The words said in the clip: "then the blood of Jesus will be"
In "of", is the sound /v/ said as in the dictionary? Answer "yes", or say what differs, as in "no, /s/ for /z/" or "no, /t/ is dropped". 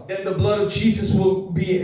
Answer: yes